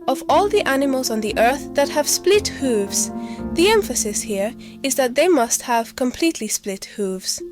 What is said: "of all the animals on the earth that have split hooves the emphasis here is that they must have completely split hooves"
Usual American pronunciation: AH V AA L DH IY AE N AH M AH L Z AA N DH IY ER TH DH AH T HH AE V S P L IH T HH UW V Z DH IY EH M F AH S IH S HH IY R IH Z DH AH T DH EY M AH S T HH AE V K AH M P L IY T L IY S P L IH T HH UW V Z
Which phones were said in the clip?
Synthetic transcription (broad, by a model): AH V AA L DH IY AE N AH M AH L Z N DH IY ER TH DH AH T HH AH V S P L IH T HH UW V Z DH IY EH M F AH S IH S HH IY R IH Z DH AH T DH EY M AH S T HH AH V K AH M P L IY T L IY S P L IH T HH UW V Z